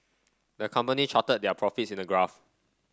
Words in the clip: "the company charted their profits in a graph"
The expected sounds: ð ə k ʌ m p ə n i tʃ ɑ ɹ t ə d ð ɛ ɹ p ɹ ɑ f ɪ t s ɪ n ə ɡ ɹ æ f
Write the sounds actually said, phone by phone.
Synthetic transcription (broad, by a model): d ə k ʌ m p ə n i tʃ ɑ t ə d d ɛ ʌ p ɹ ɑ f ɪ t s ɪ n ə ɡ ɹ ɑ f